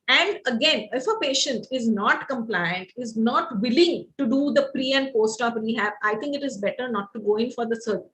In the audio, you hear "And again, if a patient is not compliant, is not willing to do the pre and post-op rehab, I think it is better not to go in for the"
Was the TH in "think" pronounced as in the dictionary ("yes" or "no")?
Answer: no